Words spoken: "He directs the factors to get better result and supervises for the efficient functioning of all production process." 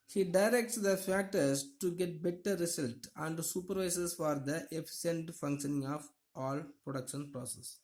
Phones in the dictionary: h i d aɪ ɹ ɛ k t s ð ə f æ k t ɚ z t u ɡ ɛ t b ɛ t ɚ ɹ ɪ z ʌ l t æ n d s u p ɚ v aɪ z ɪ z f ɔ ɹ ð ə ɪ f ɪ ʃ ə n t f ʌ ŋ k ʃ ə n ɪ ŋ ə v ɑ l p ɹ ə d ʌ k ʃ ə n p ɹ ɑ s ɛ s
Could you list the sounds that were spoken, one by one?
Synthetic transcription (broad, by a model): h i d aɪ ɹ ɛ k t s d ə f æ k t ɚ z t u ɡ ɛ t b ɛ t ɚ ɹ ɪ s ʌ l t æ n d s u p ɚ v aɪ s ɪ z f ɔ ɹ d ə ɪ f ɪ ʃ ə n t f ʌ ŋ k ʃ ə n ɪ ŋ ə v ɑ l p ɹ ə d ʌ k ʃ ə n p ɹ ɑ s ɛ s